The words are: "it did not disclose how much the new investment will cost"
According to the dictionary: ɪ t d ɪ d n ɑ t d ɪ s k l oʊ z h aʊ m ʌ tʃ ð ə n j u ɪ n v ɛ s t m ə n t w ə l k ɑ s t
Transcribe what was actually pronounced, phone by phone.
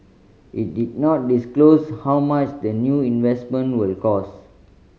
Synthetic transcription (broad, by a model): ɪ t d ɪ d n ɑ t d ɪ s k l oʊ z h aʊ m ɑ tʃ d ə n j u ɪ n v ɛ s t m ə n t w ə l k ɑ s